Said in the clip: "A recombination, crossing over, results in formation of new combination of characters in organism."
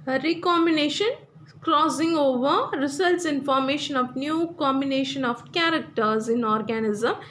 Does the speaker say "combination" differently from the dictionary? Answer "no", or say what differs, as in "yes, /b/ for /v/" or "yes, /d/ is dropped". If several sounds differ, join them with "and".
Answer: no